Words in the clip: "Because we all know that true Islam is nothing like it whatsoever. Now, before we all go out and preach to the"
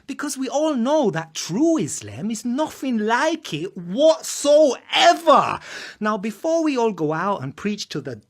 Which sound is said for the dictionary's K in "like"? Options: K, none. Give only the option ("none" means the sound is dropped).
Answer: K